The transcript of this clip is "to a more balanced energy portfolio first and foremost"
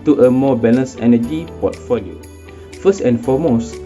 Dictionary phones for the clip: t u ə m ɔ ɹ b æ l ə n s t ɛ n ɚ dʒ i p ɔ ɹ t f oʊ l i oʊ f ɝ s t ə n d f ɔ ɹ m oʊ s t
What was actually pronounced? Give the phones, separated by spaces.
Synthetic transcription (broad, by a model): t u ə m ɔ b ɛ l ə s ɛ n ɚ dʒ i p ɔ t f oʊ l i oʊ f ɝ s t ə n f ɔ m oʊ s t